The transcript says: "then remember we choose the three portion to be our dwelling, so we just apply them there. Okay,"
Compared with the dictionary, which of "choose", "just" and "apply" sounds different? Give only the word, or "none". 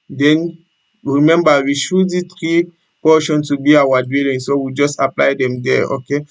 choose